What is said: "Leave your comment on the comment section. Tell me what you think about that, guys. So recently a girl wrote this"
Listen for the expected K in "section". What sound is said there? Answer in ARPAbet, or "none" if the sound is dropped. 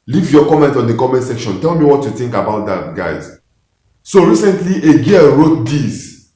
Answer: K